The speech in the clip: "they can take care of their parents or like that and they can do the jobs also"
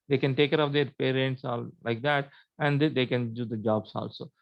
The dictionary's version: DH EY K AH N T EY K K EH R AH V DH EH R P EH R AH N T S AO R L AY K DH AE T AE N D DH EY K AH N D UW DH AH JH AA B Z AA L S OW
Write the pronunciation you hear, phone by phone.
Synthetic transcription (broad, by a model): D EY K AH N T EY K K EH R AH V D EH R P EH R AH N T S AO L L AY K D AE T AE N D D EY K AH N D UW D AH JH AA B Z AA L S OW